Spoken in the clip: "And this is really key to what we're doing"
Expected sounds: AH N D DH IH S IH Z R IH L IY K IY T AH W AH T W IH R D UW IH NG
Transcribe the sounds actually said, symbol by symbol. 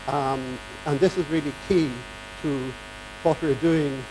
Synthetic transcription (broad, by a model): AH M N DH IH S IH Z R IH L IY K IY T AH W AH T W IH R D UW IH NG